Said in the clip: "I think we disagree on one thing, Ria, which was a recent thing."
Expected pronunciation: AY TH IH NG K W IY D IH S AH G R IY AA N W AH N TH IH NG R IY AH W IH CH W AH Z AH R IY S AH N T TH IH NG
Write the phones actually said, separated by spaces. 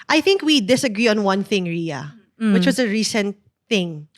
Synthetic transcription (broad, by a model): AY TH IH NG K W IY D IH S AH G R IY AA N W AH N TH IH NG R IY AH W IH CH W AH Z AH R IY S AH N T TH IH NG